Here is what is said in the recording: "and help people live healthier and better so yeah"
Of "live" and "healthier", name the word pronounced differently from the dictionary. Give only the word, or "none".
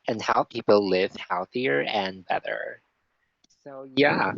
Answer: none